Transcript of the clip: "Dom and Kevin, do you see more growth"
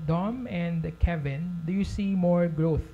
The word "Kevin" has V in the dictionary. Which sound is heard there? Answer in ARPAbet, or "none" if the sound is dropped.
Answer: V